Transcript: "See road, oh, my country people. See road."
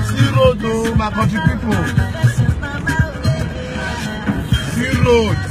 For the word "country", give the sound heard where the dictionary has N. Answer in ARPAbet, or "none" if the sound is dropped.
none